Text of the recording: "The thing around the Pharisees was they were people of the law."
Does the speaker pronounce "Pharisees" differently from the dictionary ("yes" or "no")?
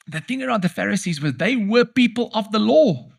no